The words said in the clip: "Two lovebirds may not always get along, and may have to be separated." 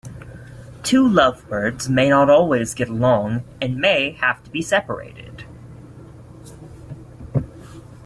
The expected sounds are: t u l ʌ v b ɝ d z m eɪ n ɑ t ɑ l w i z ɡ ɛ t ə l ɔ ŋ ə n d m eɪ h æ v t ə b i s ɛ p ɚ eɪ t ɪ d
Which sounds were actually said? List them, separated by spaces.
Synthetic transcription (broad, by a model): t u l ʌ v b ɝ d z m eɪ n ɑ t ɑ l w i z ɡ ɛ t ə l ɔ ŋ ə n m eɪ h æ f t ə b i s ɛ p ɚ eɪ t ɪ d